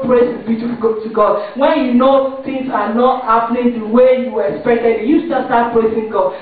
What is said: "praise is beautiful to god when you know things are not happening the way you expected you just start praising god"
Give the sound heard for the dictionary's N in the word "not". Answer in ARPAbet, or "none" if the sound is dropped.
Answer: N